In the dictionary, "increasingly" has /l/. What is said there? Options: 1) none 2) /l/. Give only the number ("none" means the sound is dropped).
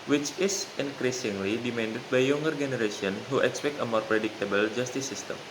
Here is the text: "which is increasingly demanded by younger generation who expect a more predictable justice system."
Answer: 2